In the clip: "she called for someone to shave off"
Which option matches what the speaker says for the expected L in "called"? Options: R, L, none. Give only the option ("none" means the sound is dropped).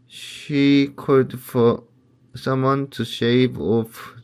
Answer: none